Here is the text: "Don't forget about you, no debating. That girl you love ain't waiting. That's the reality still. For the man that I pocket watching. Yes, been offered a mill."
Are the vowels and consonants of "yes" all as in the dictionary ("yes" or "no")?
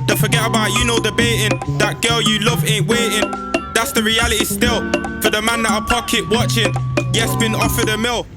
yes